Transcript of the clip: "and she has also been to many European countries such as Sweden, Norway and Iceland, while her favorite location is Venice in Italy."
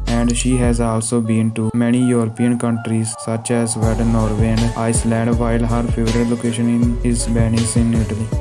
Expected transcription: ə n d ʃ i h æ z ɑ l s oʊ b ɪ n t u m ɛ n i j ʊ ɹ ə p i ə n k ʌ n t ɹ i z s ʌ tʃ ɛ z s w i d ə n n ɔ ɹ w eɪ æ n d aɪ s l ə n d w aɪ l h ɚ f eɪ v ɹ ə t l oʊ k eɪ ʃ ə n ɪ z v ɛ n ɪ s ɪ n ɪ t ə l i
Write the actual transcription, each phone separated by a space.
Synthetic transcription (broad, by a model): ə n d ʃ i h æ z ɑ l s oʊ b ɪ n t u m ɛ n i j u ɹ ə p i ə n k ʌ n t ɹ i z s ʌ tʃ ɛ z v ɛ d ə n n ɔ ɹ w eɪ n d aɪ s l ə n d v aɪ l h ɚ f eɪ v ɹ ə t l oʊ k eɪ ʃ ə n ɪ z b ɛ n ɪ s ɪ n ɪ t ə l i